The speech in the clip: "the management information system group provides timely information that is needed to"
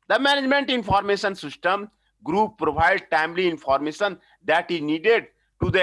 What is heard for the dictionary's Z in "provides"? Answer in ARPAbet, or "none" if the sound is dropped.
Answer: none